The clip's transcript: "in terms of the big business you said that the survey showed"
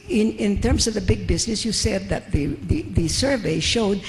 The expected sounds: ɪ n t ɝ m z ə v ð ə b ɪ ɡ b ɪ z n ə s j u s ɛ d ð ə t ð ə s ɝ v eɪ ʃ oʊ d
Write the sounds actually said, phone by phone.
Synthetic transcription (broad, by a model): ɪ n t ɝ m z ə v ð ə b ɪ ɡ b ɪ z n ə s j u s ɛ d ð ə t ð ə s ɝ v eɪ ʃ oʊ d